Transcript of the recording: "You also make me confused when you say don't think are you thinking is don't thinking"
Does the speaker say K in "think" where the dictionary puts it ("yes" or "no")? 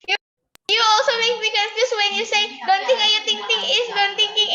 no